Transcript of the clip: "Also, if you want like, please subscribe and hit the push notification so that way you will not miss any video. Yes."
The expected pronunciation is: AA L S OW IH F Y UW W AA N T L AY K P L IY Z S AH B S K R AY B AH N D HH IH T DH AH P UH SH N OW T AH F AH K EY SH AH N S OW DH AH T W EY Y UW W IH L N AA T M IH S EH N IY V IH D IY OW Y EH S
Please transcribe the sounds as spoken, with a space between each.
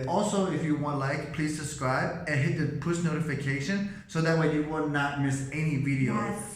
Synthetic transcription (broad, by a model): AA L S OW IH F Y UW W AA N T L AY K P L IY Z S AH B S K R AY B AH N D HH IH T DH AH P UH S N OW T AH F AH K EY SH AH N S OW DH AH T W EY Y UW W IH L N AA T M IH S EH N IY V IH D IY OW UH